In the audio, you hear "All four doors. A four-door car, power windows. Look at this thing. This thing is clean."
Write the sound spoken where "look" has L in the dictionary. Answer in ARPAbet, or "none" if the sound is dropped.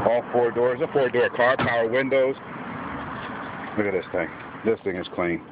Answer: W